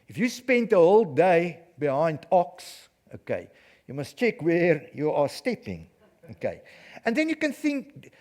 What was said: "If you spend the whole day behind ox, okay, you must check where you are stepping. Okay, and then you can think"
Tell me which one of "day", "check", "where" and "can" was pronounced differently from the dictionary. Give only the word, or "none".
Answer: none